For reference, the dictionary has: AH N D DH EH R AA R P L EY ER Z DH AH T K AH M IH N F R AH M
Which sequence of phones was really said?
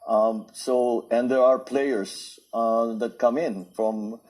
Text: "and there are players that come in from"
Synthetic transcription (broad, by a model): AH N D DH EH R AA R P L EY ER S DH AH T K AH M IH N F R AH M